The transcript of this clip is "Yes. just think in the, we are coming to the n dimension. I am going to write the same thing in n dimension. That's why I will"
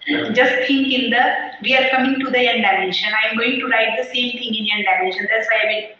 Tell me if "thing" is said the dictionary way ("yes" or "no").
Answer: no